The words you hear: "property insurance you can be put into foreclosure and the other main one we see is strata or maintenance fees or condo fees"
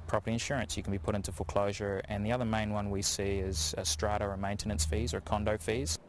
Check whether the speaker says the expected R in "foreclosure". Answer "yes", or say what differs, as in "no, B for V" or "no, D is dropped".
no, L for R